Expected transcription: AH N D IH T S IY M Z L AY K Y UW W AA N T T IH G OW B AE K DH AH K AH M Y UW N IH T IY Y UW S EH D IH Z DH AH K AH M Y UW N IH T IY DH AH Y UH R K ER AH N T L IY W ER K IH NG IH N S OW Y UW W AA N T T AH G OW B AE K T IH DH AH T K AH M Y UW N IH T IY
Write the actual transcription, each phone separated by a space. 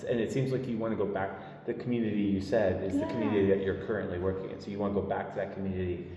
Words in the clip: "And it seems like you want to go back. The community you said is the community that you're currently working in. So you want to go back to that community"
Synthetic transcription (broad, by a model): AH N IH T S IY M Z L AY K Y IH W AA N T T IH G OW B AE K DH AH K M Y UW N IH T IY Y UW S EH D IH Z DH AH K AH M Y UW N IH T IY DH AH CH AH R K ER AH N T L IY W ER K IH NG IH N S OW Y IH W AA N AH G OW B AE K T IH DH AH T K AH M Y UW N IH T IY